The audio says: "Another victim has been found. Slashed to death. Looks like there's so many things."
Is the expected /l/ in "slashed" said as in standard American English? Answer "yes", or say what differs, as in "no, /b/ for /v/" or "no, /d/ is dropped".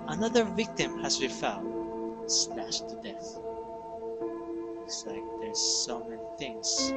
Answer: no, /n/ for /l/